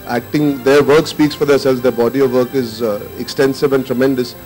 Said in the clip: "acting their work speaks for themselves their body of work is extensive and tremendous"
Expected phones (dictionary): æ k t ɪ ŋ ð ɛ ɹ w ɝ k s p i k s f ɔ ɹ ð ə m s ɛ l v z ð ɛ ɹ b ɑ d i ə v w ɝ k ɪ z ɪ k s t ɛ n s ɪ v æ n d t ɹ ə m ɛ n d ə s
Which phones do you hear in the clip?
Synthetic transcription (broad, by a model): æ k t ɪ ŋ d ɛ ɹ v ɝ k s p i k s f ɔ ɹ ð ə s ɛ l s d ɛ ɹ b ɑ d i ə v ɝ k ɪ z ɪ k s t ɛ n s ɪ v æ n t ɹ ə m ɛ n d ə s